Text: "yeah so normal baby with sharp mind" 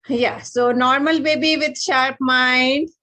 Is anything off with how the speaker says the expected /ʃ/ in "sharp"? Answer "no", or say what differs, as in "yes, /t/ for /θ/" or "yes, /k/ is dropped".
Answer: no